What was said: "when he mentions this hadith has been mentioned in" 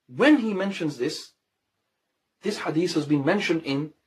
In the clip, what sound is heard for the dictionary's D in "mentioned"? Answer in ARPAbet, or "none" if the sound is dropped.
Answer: D